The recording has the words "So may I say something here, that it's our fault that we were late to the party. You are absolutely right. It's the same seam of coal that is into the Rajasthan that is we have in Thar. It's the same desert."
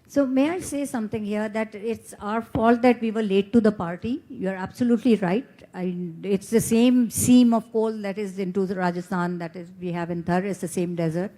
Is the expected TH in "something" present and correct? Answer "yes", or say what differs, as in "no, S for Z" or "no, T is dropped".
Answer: no, T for TH